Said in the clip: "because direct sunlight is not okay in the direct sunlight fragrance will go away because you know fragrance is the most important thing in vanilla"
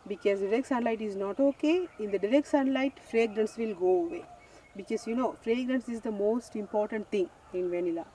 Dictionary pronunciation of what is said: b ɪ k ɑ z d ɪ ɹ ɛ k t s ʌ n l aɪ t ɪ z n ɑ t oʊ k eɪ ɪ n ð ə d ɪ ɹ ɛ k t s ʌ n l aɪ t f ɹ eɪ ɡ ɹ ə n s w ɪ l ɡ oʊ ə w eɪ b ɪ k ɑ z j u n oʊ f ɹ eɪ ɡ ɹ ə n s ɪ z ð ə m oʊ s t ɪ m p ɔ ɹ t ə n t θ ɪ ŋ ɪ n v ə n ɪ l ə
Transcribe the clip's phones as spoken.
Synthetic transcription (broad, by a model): b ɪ k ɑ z d ɪ ɹ ɛ k t s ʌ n l aɪ t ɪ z n ɑ t oʊ k eɪ ɪ n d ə d ɪ ɹ ɛ k t s ʌ n l aɪ t f ɹ eɪ ɡ ɹ ə n s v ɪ l ɡ oʊ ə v eɪ b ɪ k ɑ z j u n oʊ f ɹ eɪ ɡ ɹ ə n s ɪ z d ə m oʊ s t ɪ m p ɔ ɹ t ə n t t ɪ ŋ ɪ n v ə n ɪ l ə